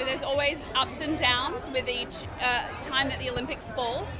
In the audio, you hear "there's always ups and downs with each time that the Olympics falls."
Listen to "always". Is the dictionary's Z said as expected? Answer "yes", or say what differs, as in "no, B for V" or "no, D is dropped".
yes